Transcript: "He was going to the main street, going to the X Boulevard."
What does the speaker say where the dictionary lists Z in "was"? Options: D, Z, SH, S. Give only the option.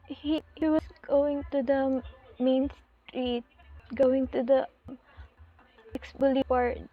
S